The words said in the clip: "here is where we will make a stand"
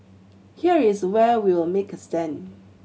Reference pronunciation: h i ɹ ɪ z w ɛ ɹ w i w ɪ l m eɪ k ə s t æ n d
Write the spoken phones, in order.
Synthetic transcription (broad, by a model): h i ɹ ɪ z w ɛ w i w ɪ l m eɪ k ə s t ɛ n